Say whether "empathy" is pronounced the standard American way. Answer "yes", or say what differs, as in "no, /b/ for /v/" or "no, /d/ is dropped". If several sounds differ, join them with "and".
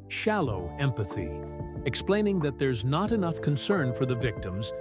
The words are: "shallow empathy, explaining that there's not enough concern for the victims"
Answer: yes